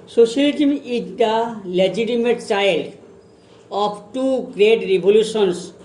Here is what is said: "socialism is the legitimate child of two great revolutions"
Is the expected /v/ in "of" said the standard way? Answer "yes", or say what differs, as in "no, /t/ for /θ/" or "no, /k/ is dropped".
no, /p/ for /v/